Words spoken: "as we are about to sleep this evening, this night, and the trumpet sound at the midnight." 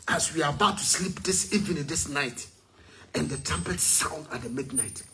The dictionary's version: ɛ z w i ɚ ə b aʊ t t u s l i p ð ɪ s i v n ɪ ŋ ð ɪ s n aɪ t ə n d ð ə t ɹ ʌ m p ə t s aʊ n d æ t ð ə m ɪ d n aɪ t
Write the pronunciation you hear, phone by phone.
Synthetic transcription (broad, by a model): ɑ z w i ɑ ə b aʊ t t u s l i p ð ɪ s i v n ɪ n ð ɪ s n aɪ t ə n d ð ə t ɛ m p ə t s aʊ n d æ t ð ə m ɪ d n aɪ t